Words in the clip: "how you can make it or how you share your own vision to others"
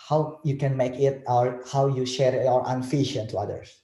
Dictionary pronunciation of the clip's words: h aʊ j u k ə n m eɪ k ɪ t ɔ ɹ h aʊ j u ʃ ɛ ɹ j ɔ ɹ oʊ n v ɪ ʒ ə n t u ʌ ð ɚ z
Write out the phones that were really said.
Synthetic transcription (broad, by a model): h aʊ j u k ə n m eɪ k ɪ t ɔ ɹ h aʊ j u ʃ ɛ ɹ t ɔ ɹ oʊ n f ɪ ʃ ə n t u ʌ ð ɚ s